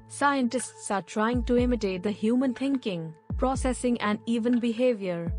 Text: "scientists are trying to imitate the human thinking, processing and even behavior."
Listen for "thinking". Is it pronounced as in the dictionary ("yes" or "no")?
no